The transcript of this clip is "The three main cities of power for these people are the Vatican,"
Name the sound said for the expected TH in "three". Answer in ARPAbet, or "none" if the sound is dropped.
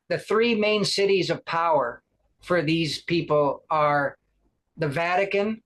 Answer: TH